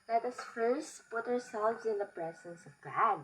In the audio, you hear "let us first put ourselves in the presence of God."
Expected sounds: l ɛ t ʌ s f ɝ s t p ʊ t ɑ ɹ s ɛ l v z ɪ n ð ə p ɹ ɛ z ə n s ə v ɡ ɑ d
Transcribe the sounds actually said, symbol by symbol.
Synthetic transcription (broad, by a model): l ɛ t ʌ s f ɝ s p ʊ t ɑ ɹ s ɛ l v z ɪ n ð ə p ɹ ɛ z ə n s ə v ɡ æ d